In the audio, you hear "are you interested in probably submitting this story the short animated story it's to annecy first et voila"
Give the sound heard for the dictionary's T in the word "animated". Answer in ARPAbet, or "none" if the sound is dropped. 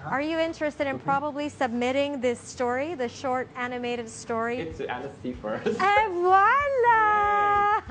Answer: T